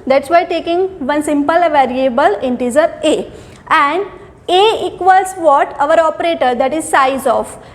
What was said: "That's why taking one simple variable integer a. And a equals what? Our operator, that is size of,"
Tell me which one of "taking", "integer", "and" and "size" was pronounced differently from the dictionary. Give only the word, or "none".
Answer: integer